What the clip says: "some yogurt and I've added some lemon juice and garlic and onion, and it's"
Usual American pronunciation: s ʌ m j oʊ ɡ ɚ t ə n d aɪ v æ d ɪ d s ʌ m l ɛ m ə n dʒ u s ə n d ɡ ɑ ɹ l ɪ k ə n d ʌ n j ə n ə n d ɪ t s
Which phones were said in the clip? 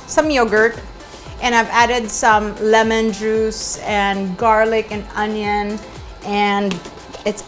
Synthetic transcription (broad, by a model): s ʌ m j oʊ ɡ ɚ t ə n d aɪ v æ d ɪ d s ʌ m l ɛ m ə n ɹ u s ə n ɡ ɑ ɹ l ɪ k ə n ʌ n j ə n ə n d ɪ t s